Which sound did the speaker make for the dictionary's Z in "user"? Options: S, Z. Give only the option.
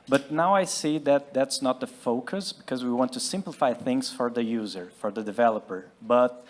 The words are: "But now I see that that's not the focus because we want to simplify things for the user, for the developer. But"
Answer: Z